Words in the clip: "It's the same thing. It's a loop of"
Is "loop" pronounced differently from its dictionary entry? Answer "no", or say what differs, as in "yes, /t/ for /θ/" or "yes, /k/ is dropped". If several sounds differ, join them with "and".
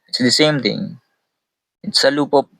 no